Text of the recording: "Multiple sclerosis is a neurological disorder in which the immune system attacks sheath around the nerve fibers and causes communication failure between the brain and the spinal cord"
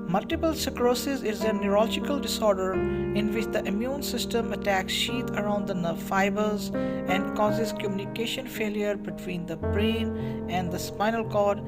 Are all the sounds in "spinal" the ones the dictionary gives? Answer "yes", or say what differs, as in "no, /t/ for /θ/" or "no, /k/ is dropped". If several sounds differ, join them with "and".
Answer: yes